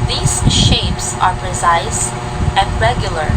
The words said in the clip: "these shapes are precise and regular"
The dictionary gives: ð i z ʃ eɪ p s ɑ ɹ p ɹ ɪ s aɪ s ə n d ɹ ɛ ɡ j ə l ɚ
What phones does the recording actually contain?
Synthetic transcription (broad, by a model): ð i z ʃ eɪ p s ɑ ɹ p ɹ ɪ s aɪ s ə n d ɹ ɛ ɡ j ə l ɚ